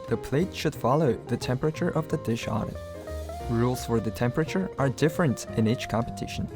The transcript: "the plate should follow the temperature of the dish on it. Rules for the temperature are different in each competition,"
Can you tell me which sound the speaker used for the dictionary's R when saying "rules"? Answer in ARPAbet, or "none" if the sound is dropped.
R